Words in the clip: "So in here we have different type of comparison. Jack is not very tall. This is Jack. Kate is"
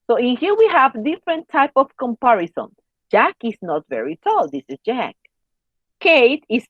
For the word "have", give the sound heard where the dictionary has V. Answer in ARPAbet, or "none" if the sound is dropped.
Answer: V